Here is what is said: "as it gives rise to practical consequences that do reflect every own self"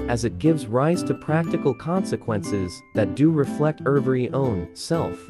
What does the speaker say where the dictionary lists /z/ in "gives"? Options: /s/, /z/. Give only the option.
/z/